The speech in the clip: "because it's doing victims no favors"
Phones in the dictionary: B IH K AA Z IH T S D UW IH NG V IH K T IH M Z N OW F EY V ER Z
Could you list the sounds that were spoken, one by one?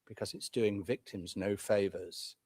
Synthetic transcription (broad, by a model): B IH K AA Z IH T S D UW IH NG V IH K T IH M Z N OW F EY V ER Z